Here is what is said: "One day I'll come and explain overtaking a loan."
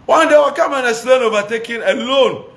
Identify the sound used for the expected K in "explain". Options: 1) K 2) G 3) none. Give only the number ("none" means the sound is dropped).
3